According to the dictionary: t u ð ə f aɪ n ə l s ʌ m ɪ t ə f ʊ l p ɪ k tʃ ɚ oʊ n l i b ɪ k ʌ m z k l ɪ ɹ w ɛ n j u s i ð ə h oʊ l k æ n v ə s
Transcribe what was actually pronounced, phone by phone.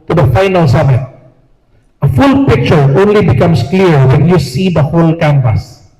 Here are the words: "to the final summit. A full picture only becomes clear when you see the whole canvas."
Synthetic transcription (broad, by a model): t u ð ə f aɪ n ə l s ʌ m ɪ t ə f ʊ l p ɪ k tʃ ɚ oʊ n l i b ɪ k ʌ m s k l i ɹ w ɛ n j u s i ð ə h oʊ l k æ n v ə s